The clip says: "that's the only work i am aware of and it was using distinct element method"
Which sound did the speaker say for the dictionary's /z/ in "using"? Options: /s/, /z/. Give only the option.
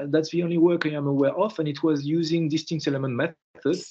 /z/